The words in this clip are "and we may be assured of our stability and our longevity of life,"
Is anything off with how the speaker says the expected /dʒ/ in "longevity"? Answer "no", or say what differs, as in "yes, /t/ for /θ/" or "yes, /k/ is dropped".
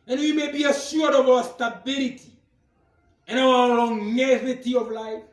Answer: yes, /dʒ/ is dropped